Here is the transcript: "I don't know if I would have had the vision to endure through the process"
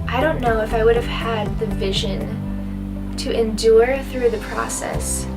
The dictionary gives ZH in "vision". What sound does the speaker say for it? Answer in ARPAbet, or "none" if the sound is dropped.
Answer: ZH